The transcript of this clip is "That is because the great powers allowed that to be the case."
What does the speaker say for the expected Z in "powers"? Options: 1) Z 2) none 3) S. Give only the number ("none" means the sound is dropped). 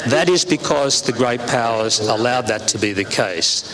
1